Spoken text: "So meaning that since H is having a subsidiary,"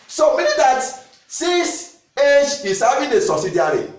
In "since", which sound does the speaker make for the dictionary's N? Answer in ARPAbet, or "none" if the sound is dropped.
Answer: none